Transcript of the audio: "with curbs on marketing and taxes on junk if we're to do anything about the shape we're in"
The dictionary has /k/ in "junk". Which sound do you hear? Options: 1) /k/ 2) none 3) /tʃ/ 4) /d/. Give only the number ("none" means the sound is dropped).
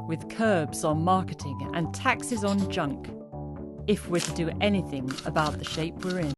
1